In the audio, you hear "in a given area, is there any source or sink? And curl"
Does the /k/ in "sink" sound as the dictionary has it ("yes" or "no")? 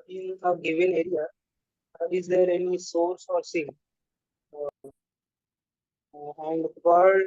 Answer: no